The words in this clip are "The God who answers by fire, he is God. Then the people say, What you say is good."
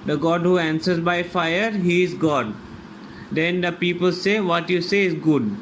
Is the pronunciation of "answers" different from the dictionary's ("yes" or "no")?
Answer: no